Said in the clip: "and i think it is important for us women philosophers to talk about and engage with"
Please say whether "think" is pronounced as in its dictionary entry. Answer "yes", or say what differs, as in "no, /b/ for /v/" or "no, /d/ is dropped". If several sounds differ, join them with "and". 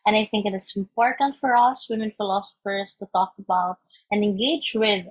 yes